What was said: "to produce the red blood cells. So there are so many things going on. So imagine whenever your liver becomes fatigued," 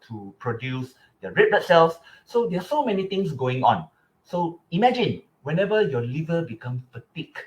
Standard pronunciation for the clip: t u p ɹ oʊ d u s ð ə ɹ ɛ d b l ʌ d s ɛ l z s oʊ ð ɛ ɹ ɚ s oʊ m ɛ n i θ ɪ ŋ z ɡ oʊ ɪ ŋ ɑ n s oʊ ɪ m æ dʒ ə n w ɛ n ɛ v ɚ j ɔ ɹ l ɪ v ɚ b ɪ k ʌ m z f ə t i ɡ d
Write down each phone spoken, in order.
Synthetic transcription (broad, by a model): t u p ɹ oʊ d u s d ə ɹ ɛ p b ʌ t s ɛ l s s oʊ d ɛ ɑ s oʊ m ɛ n i t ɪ ŋ s ɡ oʊ ɪ ŋ ɑ n s oʊ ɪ m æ dʒ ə n w ɛ n ɛ v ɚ j ɔ l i v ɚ b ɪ k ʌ m f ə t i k